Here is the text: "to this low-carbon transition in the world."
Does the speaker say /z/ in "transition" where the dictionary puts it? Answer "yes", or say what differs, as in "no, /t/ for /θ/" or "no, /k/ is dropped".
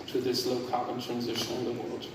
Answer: yes